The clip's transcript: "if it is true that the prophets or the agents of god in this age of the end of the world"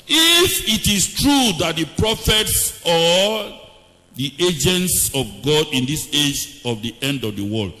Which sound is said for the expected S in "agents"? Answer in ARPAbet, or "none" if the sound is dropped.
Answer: S